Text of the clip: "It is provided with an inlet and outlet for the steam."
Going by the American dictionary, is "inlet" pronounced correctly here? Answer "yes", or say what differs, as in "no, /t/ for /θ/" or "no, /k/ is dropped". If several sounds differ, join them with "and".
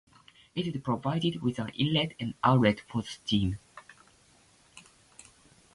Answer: no, /n/ is dropped